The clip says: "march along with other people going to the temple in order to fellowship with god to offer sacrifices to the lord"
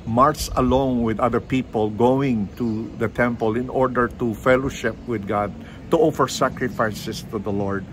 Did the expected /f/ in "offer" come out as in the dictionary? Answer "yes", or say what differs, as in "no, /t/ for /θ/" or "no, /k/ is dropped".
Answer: yes